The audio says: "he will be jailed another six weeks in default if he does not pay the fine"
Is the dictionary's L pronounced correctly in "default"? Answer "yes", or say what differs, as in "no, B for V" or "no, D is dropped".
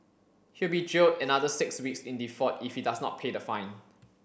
no, L is dropped